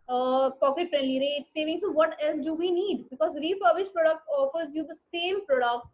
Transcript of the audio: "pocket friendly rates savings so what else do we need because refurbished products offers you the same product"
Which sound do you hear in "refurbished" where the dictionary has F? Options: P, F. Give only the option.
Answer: P